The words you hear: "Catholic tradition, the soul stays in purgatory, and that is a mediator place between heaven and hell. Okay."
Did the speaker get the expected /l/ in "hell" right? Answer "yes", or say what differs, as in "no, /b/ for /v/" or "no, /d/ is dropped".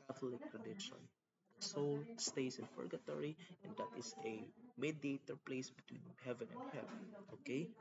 no, /n/ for /l/